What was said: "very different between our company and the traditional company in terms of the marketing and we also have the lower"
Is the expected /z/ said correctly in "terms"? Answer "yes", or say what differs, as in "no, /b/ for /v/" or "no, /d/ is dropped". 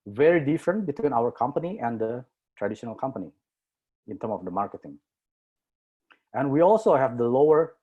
no, /z/ is dropped